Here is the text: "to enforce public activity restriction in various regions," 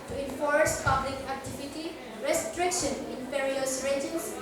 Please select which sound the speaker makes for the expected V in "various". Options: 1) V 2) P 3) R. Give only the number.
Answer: 2